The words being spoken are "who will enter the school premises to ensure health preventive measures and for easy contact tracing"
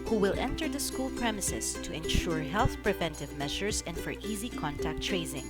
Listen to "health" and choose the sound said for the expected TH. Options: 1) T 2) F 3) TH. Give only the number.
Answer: 3